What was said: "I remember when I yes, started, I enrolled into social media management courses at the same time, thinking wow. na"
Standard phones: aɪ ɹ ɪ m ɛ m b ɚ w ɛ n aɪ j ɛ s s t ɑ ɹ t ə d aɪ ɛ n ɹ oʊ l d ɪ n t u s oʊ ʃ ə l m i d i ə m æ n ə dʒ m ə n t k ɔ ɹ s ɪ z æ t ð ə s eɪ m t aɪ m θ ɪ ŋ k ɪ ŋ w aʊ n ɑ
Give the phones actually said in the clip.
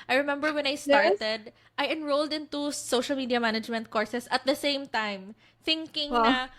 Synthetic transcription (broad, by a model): aɪ ɹ ɪ m ɛ m b ɚ w ɛ n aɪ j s s t ɑ ɹ t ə d aɪ ɛ n ɹ oʊ l d ɪ n t u s oʊ ʃ ə l m i d i ə m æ n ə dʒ m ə n t k ɔ ɹ s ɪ s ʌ t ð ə s eɪ m t aɪ m θ ɪ ŋ k ɪ ŋ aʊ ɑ